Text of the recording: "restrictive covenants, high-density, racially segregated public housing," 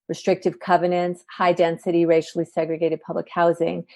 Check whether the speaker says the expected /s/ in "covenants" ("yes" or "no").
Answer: yes